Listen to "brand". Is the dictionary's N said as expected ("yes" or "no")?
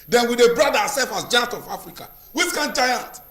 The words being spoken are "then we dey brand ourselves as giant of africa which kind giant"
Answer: no